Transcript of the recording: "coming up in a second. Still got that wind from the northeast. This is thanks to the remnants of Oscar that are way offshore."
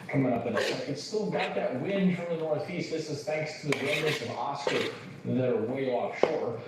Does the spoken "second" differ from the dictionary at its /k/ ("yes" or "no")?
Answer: yes